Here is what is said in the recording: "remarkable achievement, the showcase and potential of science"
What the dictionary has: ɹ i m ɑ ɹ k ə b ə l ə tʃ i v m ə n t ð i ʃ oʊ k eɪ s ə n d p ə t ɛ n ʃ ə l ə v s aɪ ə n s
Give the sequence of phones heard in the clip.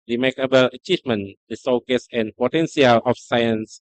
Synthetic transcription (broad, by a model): ɹ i m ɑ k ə b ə l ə tʃ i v m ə n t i s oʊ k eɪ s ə n p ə t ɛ n s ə l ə f s aɪ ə n s